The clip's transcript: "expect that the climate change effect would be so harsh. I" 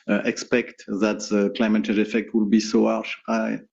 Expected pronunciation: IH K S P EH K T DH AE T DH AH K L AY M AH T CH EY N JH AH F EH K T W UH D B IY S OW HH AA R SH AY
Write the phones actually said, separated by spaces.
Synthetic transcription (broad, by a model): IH K S P EH K T DH AE T DH AH K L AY M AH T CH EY JH AH F EH K T W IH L B IY S OW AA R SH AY